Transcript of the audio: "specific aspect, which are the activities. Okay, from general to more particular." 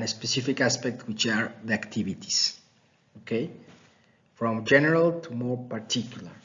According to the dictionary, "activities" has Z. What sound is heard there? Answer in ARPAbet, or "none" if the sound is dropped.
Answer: S